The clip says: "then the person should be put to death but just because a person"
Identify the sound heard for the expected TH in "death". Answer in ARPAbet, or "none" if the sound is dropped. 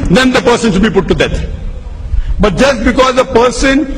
T